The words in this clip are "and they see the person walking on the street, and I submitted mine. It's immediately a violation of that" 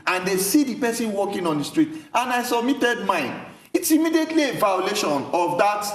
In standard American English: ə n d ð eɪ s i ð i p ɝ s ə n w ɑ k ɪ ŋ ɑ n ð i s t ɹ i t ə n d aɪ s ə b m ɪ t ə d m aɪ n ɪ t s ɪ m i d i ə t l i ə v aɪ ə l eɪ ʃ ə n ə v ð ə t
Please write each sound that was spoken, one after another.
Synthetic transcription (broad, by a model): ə n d eɪ s i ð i p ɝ s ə n w ɑ k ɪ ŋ ɑ n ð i s t ɹ i t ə n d aɪ s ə b m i t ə d m aɪ n ɪ t s ɪ m i d i ə t l i ə v aɪ ə l eɪ ʃ ə n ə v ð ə t